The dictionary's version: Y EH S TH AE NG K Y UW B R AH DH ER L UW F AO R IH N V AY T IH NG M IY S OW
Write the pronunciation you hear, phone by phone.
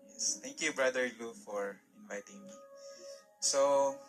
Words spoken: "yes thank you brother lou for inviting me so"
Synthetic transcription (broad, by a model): Y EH S T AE NG K Y UW B R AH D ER L UW F AO R IH N V AY T IH NG M IY S OW